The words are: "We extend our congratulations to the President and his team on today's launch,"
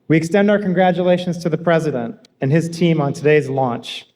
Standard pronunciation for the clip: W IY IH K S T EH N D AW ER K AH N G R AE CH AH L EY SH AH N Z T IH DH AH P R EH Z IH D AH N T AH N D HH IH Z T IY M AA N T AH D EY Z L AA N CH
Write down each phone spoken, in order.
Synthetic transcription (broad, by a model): W IY IH K S T EH N D AW ER K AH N G R AE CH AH L EY SH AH N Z T IH DH AH P R EH Z IH D AH N T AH N IH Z T IY M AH N T AH D EY Z L AA N CH